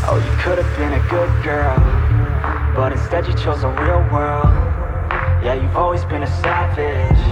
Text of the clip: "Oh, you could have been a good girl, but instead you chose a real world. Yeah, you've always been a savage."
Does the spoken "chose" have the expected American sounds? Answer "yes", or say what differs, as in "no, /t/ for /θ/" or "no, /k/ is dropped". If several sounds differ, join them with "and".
yes